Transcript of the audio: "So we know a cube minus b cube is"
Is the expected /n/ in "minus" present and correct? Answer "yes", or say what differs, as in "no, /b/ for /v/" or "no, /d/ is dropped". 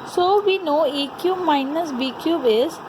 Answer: yes